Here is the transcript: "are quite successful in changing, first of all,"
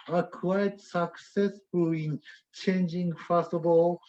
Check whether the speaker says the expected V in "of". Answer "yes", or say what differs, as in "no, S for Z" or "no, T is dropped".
no, B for V